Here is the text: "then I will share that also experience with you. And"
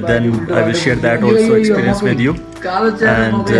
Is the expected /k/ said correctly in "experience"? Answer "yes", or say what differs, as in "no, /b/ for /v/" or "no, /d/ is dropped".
no, /k/ is dropped